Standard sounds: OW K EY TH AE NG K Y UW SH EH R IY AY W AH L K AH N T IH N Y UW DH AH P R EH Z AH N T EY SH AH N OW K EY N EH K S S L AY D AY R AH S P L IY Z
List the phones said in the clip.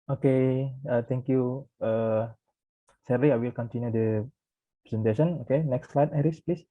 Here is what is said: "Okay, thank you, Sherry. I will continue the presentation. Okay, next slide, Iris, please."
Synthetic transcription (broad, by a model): OW K EY T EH NG K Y UW S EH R IY AY W AH L K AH N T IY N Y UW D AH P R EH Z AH N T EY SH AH N OW K EY N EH K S S L AY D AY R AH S P L IY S